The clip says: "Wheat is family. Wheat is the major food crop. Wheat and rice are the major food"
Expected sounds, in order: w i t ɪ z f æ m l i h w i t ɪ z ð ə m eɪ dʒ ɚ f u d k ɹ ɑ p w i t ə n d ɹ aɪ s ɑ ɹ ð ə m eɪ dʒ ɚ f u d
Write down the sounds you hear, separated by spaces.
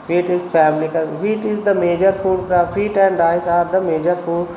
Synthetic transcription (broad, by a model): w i t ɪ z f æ m l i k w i t ɪ z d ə m eɪ dʒ ɚ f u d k ɑ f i t ə n d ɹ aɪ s ɑ ɹ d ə m eɪ dʒ ɚ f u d